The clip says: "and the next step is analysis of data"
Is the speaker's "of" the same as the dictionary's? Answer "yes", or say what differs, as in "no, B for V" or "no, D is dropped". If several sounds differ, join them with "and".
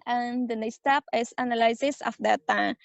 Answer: no, F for V